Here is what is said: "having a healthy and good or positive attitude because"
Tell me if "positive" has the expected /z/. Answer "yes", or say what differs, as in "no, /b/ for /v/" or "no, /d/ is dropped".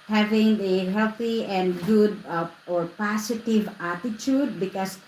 no, /s/ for /z/